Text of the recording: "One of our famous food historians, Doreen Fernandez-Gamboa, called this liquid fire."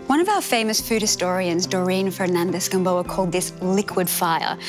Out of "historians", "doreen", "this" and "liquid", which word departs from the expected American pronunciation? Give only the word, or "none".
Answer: none